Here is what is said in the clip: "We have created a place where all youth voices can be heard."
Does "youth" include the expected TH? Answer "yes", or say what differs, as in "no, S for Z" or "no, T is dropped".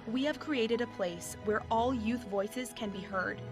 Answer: yes